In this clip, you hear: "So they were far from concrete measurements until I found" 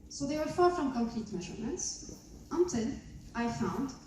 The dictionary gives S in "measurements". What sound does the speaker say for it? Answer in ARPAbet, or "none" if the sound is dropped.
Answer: S